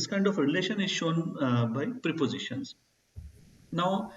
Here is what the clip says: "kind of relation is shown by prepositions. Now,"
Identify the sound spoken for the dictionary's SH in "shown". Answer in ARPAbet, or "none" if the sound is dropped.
SH